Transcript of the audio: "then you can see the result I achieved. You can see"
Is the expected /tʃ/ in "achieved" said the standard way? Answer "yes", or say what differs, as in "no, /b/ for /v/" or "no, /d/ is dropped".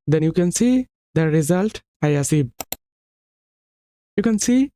no, /s/ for /tʃ/